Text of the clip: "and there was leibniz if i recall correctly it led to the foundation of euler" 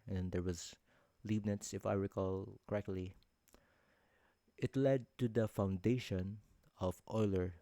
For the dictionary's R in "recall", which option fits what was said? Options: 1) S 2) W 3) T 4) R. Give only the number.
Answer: 4